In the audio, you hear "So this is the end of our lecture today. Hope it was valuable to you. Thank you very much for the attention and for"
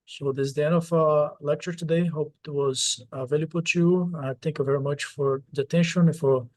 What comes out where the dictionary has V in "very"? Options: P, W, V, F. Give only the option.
V